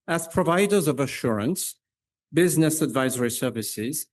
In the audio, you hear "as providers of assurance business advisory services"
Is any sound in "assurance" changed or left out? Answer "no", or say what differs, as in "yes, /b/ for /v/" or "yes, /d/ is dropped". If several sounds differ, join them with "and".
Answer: no